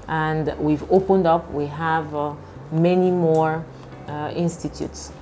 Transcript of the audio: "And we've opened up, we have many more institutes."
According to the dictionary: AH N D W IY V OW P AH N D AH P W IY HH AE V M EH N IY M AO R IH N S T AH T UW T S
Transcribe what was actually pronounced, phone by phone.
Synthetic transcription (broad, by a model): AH N D W IY V OW P AH N D AH P W IY HH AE V M EH N IY M AO R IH N S T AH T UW T S